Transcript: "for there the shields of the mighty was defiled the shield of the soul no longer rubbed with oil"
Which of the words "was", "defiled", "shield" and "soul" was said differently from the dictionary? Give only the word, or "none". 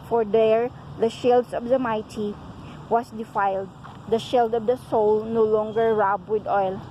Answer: was